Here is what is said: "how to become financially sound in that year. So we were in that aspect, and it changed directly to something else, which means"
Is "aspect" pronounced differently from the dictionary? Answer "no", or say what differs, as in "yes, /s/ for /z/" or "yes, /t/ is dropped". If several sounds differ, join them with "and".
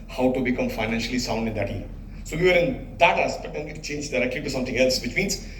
yes, /b/ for /p/ and /k/ is dropped